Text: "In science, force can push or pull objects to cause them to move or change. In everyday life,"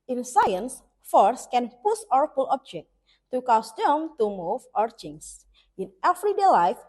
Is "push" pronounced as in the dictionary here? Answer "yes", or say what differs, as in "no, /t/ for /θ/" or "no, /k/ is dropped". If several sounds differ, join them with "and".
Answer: no, /s/ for /ʃ/